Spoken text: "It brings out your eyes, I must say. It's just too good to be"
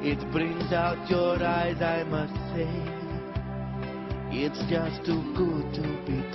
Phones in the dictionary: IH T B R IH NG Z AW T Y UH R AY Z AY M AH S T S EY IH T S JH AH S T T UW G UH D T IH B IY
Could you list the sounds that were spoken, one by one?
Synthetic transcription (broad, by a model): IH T B R IH NG Z AW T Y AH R AY Z AY M AH S T S EY IH T S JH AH S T T UW G UH D T IH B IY